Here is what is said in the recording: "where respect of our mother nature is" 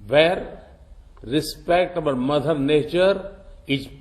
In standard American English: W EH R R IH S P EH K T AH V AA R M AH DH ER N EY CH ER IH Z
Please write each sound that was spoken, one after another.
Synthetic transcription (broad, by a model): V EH R R IH S P EH K T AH B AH L M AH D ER N EY CH ER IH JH